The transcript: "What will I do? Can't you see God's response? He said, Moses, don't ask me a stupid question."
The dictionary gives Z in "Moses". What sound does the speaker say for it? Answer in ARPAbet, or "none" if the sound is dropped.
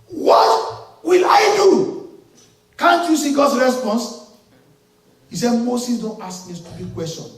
S